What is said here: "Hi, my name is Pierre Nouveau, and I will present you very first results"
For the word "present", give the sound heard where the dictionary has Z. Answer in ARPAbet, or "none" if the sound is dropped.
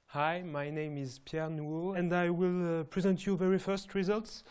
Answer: Z